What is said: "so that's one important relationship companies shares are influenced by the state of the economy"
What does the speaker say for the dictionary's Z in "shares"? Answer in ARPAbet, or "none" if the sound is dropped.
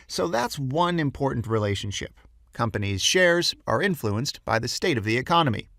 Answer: Z